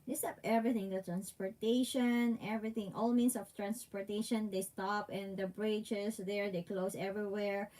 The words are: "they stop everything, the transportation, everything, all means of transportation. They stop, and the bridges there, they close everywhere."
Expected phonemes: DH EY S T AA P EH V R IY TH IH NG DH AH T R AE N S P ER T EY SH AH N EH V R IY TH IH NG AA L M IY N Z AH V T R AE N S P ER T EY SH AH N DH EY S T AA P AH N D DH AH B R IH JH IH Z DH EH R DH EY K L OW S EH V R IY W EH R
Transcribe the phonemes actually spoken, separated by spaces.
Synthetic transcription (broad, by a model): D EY S T AA P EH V R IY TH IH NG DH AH T R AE N S P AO T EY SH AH N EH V R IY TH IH NG AA L M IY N S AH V T R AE N S P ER T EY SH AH N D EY S T AA P AH N D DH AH B R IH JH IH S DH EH R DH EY K L OW S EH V R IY W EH R